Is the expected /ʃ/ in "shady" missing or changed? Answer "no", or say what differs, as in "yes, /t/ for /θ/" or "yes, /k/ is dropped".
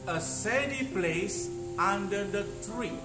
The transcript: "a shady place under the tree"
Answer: yes, /s/ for /ʃ/